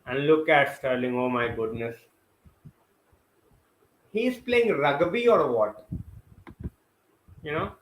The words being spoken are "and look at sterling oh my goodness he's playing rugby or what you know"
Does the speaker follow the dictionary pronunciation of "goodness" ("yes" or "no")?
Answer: yes